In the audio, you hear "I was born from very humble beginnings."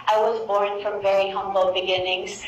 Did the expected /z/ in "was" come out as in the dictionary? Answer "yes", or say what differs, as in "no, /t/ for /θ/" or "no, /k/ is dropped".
yes